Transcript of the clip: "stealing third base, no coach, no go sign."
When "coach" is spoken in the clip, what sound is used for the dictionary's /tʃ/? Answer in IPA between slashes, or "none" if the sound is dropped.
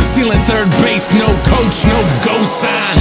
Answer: /tʃ/